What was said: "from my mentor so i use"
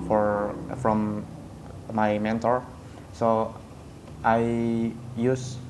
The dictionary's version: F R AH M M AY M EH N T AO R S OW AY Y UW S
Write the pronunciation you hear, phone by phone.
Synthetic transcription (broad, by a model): F R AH M M AY M EH N T AO R S OW AY Y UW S